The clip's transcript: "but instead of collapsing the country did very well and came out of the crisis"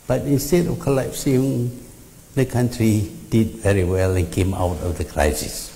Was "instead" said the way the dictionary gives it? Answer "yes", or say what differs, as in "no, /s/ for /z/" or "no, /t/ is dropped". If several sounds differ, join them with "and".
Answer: yes